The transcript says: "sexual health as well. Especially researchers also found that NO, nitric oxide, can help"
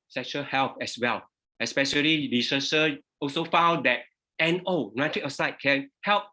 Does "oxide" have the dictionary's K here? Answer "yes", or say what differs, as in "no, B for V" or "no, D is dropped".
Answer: no, K is dropped